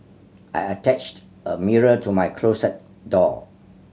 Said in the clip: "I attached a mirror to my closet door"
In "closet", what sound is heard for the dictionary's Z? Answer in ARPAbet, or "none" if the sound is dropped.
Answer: S